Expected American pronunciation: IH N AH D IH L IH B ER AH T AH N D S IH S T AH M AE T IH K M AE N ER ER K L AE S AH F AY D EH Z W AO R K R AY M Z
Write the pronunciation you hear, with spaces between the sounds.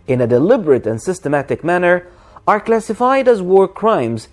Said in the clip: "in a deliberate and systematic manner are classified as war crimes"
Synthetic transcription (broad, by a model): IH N AH D IH L IH B ER AH T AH N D S IH S T AH M AE T IH K M AE N ER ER K L AE S AH F AY D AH Z W AO R K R AY M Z